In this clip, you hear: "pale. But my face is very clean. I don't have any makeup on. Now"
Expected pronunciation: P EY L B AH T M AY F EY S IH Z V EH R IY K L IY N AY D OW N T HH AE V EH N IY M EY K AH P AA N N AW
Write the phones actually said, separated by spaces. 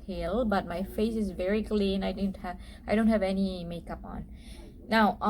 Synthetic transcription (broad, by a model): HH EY L B AH T M AY F EY S IH Z V EH R IY K L IY N AY D OW N T HH AE V EH N IY M EY K AH P AA N N AW